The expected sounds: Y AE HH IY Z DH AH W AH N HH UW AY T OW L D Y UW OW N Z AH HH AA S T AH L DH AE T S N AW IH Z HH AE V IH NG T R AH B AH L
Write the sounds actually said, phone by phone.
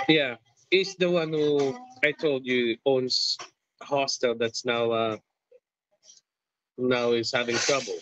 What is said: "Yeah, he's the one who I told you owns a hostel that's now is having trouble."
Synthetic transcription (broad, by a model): Y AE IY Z DH AH W AH N HH UW AY T OW L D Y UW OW N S HH AA S T AH L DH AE T S N AW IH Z HH AE V IH NG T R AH B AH L